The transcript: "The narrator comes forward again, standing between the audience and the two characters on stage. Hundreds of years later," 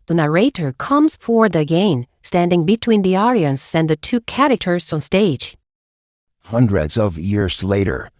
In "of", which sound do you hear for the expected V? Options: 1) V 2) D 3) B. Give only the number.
1